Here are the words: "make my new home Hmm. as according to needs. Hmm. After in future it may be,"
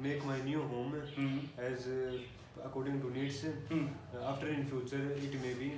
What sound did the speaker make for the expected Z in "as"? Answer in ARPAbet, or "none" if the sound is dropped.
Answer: Z